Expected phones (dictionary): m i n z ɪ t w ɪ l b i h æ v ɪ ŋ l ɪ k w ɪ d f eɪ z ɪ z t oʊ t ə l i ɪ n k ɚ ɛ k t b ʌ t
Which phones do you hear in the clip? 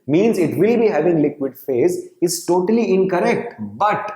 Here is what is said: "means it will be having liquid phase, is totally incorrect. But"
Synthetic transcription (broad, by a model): m i n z ɪ t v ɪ l b i h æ v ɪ ŋ l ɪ k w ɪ d f eɪ z ɪ z t oʊ t ə l i ɪ n k ɚ ɛ k t b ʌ t